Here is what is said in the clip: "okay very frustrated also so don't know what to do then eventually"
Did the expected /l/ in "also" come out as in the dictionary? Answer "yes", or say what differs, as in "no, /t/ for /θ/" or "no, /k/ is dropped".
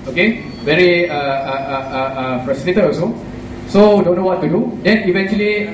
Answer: no, /l/ is dropped